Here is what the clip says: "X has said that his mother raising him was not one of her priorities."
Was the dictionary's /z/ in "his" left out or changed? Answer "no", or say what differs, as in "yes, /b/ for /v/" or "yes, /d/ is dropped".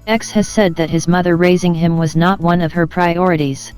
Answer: no